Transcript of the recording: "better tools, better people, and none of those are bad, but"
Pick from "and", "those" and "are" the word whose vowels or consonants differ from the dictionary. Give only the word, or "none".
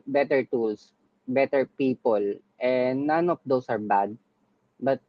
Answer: those